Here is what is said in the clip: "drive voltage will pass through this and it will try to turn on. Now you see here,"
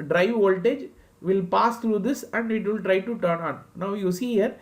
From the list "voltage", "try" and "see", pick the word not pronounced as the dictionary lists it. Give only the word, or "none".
none